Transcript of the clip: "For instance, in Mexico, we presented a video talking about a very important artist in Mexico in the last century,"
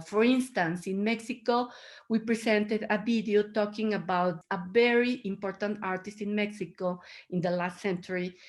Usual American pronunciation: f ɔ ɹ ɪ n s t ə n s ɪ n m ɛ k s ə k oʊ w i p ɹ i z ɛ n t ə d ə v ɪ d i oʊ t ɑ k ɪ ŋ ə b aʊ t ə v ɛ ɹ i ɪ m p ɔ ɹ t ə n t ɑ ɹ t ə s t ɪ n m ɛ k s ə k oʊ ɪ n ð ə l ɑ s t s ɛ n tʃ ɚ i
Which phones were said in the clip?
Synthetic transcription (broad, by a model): f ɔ ɹ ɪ n s t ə n s ɪ n m ɛ k s ə k oʊ w i p ɹ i s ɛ n t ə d ə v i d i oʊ t ɑ k ɪ ŋ ə b aʊ t ə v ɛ ɹ i ɪ m p ɔ ɹ t ə n t ɑ ɹ t ə s t ɪ n m ɛ k s ə k oʊ ɪ n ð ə l ɑ s t s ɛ n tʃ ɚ i